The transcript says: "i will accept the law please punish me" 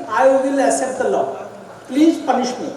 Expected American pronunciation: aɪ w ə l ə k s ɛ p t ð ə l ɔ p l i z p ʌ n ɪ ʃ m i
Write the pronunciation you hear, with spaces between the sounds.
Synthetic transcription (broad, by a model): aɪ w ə l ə s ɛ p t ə l ɔ p l i z p ʌ n ɪ ʃ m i